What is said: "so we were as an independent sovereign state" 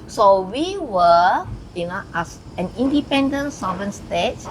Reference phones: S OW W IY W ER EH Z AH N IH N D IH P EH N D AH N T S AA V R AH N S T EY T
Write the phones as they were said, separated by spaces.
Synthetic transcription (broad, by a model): S OW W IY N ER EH S AH N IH N D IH P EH N D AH N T S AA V AH N S T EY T